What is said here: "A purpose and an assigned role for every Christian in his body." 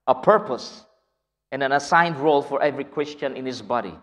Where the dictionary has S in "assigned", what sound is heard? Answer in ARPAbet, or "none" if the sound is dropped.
S